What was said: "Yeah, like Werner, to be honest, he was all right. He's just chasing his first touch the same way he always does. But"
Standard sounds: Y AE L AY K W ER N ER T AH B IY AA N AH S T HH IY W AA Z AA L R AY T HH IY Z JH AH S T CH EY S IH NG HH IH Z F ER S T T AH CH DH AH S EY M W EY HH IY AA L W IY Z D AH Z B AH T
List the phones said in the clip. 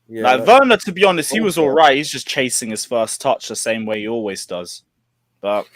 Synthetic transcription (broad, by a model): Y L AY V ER N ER T AH B IY AA N AH S T HH IY W AA Z AA L R AY T HH IY Z JH AH S CH EY S IH NG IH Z F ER S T T AH CH DH AH S EY M W EY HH IY AA L W IY Z D AH Z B AH T